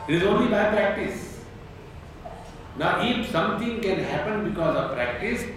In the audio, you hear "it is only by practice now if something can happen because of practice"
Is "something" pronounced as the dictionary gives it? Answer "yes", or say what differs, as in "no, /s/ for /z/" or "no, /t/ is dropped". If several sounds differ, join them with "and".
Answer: no, /t/ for /θ/